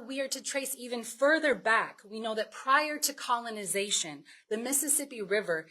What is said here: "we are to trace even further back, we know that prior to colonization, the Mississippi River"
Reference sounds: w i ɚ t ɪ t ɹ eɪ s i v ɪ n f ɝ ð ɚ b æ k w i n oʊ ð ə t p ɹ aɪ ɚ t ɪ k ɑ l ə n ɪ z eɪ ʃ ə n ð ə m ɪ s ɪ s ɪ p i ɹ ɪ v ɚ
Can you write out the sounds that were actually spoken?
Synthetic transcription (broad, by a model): w i ɚ t ɪ t ɹ eɪ s i v ɪ n f ɝ ð ɚ b æ k w i n oʊ ð ə t p ɹ aɪ ɚ t ɪ k ɑ l ə n ɪ z eɪ ʃ ə n ð ə m ɪ s ɪ s ɪ p i ɹ ɪ v ɚ